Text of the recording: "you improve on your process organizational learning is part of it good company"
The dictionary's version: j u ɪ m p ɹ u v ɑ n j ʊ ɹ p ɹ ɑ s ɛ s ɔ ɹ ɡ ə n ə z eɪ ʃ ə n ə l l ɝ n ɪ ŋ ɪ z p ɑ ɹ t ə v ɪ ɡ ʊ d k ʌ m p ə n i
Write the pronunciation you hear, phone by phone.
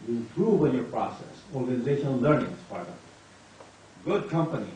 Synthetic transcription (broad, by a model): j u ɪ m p ɹ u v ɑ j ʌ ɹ p ɹ ɑ s ɛ s ɔ ɹ ɡ ə n ə z eɪ ʃ ə n ə l l ɝ n ɪ ŋ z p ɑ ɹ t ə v ɡ ʊ d k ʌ m p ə n i